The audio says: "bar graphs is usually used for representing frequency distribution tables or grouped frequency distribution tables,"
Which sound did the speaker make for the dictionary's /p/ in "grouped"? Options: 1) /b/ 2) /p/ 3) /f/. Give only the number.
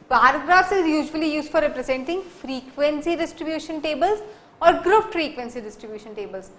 3